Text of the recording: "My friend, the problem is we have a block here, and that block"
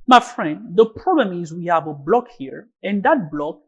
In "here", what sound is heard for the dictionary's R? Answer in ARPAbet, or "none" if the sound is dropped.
R